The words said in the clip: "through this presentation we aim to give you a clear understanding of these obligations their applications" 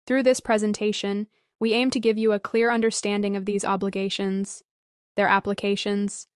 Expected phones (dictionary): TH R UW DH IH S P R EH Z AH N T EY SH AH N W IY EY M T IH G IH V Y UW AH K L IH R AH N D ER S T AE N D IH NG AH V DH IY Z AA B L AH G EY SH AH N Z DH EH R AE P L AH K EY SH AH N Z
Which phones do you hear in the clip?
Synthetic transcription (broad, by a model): TH R UW DH IH S P R EH Z AH N T EY SH AH N W IY EY M T IH G IH V Y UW AH K L IH R AH N D ER S T AE N D IH NG AH V DH IY Z AA B L AH G EY SH AH N Z DH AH R AE P L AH K EY SH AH N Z